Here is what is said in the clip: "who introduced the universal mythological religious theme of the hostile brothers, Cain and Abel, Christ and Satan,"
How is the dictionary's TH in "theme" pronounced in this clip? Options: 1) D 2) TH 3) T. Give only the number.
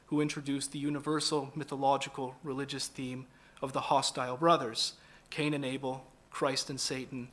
2